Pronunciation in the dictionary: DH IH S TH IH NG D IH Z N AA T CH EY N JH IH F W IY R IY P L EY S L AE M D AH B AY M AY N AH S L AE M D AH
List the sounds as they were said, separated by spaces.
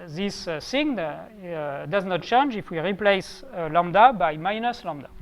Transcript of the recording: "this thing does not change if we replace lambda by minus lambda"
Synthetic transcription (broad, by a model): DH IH S S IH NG D IH Z N AA T CH EY N JH IH F W IY R IY P L EY S L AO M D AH B AY M AY N AH S L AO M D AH